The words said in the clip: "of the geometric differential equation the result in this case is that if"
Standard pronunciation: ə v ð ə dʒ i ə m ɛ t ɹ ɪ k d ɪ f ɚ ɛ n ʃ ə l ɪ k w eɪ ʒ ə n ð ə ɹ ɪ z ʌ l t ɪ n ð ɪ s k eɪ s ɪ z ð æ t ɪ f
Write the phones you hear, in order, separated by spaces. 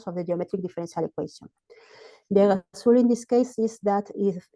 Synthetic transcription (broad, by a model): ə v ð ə dʒ i ə m ɛ t ɹ ɪ k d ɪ f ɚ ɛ n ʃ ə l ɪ k w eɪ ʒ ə n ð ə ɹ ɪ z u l ɪ n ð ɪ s k eɪ s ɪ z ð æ t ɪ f